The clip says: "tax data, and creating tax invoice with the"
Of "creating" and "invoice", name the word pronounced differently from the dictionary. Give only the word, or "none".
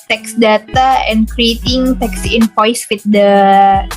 invoice